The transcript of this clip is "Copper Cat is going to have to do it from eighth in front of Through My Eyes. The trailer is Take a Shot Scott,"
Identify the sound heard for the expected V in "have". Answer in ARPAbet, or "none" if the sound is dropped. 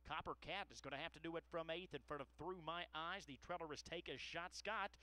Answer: F